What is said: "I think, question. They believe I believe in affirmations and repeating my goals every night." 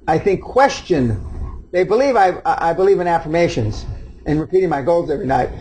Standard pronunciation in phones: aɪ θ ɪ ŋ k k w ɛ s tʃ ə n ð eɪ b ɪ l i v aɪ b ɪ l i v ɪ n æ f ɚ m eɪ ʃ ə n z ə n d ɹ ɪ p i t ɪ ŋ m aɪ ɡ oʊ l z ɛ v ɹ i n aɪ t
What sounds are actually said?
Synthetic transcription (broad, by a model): aɪ θ ɪ ŋ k k w ɛ s tʃ ə n ð eɪ b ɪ l i v aɪ b ɪ l i v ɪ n æ f ɚ m eɪ ʃ ə n z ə n ɹ ɪ p i t ɪ ŋ m aɪ ɡ oʊ l z ɛ v ɹ i n aɪ t